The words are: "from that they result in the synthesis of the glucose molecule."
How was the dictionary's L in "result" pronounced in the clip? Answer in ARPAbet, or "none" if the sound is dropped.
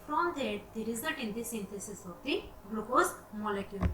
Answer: none